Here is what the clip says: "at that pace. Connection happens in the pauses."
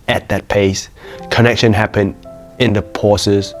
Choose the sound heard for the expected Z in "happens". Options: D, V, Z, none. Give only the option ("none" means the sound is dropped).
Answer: none